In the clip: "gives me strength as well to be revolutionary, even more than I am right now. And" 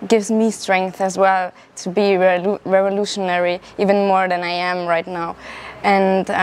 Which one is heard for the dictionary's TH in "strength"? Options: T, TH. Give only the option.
TH